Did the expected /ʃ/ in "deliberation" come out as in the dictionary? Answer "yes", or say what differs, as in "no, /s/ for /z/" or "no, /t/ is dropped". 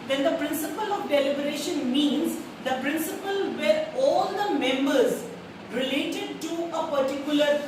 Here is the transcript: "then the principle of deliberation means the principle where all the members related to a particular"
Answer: yes